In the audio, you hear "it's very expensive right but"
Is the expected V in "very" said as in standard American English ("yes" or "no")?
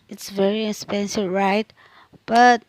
yes